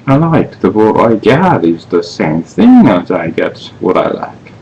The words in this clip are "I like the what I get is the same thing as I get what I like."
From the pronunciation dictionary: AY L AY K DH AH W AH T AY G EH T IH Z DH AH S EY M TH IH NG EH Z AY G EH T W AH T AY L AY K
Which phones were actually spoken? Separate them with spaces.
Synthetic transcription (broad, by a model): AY L AY K DH AH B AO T AY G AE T IH Z DH AH S EY M TH IH NG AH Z AY G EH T W AH T AY L AY K